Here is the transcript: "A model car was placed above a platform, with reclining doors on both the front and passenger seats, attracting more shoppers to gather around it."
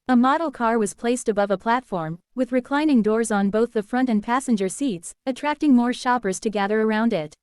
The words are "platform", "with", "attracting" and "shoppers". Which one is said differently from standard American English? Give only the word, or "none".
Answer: none